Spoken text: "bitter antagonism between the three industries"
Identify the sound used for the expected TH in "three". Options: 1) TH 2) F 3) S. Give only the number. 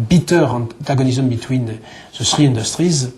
3